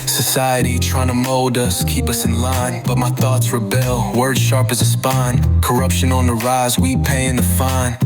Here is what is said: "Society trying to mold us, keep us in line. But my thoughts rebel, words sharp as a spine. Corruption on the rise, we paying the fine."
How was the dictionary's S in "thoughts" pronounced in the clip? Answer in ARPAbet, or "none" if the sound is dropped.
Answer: S